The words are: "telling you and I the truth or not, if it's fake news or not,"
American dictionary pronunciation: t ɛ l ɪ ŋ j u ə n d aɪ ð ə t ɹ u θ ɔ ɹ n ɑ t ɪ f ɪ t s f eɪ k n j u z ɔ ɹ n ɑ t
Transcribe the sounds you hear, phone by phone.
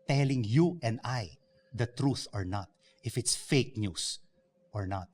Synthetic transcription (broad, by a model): t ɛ l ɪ ŋ j u ə n d aɪ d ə t ɹ u θ ɔ ɹ n ɑ t ɪ f ɪ t s f eɪ k n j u s ɔ ɹ n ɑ t